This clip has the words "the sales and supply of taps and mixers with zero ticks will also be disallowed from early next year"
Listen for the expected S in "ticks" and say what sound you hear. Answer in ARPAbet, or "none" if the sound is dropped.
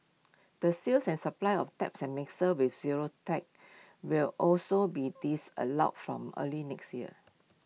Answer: none